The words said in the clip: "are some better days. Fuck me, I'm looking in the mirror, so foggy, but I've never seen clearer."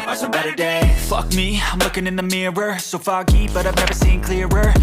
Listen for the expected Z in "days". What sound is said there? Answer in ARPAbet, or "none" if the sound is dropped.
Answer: none